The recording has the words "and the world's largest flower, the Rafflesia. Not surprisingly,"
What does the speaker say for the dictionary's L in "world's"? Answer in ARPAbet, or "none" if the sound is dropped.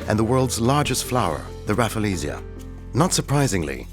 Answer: L